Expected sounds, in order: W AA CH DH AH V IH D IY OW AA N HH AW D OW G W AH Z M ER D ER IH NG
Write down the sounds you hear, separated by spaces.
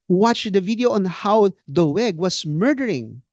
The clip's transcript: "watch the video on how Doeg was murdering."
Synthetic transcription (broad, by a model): W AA CH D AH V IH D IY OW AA N HH AW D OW G W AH S M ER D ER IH NG